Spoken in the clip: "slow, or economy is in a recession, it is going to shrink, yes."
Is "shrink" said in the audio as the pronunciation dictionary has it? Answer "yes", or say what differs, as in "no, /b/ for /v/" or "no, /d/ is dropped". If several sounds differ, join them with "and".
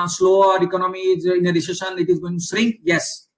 no, /s/ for /ʃ/